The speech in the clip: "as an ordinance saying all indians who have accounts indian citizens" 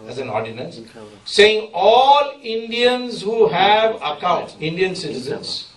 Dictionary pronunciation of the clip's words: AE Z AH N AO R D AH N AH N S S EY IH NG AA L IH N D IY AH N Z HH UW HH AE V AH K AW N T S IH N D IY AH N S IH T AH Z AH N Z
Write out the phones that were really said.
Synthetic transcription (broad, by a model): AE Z AH N AO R D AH N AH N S S EY IH NG AA L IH N D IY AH N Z HH UW HH AE V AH K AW N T IH N D IY AH N S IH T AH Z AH N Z